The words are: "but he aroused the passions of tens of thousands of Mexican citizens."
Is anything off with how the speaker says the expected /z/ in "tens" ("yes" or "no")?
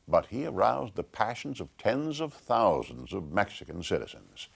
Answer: no